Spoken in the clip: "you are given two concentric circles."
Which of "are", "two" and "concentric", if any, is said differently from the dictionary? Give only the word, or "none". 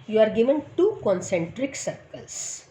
none